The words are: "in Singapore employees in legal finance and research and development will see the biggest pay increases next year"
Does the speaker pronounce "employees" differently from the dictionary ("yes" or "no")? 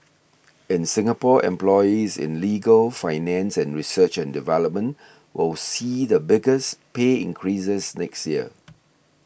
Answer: no